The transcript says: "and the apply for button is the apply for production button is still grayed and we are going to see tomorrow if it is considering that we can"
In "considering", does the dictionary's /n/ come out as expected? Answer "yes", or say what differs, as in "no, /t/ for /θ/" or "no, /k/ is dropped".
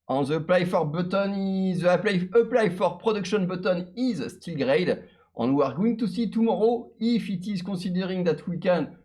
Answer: no, /n/ is dropped